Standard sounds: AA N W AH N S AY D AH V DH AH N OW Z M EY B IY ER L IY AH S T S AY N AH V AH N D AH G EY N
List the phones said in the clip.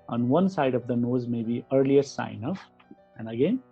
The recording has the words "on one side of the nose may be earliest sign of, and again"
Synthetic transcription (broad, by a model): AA N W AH N S AY D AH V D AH N OW Z M EY B IY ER L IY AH T S AY N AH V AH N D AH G EY N